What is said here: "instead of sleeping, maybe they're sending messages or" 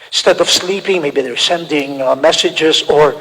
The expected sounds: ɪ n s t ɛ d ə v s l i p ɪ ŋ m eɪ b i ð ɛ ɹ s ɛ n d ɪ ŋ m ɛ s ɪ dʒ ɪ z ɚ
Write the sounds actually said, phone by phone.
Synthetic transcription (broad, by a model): s t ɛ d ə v s l i p ɪ ŋ m eɪ b i ð ɛ ɹ s ɛ n d ɪ ŋ m ɛ s ɪ dʒ ɪ z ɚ